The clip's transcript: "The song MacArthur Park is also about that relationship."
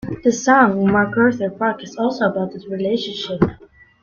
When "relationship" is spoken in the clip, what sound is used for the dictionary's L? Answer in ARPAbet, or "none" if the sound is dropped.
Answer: L